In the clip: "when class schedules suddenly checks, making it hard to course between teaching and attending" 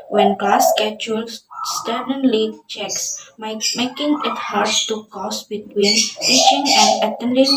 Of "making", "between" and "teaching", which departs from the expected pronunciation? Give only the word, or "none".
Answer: teaching